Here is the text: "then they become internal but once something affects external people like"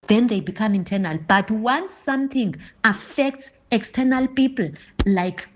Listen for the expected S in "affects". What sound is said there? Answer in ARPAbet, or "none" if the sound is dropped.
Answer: S